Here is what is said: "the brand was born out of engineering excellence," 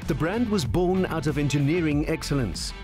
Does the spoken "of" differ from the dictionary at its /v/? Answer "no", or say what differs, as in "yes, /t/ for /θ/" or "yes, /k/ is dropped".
no